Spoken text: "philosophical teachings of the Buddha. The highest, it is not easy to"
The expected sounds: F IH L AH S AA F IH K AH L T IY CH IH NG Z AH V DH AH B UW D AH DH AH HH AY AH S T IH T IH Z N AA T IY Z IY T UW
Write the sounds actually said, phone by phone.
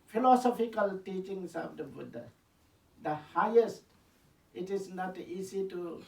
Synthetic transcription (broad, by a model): F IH L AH S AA F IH K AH L T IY CH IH NG S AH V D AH B UW D AH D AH HH AY AH S T IH T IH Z N AA T IY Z IY T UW